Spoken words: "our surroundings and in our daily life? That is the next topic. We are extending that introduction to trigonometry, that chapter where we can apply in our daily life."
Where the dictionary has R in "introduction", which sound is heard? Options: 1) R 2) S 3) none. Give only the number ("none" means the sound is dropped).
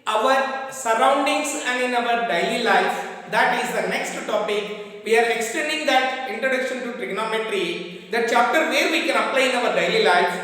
1